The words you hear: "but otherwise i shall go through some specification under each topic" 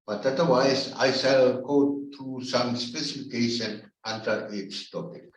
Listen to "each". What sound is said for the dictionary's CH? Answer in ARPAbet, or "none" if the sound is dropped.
S